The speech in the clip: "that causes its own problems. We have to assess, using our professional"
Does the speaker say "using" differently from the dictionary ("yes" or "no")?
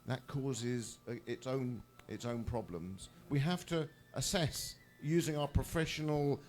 no